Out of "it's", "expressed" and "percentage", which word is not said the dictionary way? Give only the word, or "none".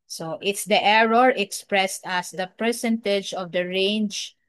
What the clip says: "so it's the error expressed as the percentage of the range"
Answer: none